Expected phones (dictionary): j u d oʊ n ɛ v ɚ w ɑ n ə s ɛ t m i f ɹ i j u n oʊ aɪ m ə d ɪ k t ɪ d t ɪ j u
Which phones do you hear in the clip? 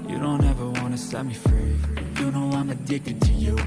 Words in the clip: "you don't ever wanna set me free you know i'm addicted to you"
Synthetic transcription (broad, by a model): j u d oʊ n ɛ v ɚ w ɑ n ə s ɛ t m i f ɹ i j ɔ n oʊ aɪ m ə d ɪ k t ɪ d t ɪ j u